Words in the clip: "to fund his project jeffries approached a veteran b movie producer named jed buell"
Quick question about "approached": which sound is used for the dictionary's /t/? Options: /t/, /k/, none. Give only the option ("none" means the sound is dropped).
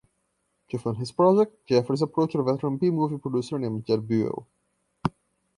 none